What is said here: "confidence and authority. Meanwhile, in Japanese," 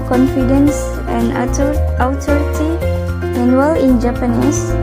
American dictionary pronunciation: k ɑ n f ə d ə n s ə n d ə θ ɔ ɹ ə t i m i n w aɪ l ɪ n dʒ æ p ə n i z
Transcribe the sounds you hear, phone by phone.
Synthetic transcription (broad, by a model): k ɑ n f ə d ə n s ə n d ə t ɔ ɹ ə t i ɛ n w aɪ l ɪ n dʒ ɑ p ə n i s